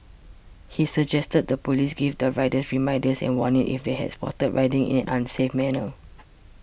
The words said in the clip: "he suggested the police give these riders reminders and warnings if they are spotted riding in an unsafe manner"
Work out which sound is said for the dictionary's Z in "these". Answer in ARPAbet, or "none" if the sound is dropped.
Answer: none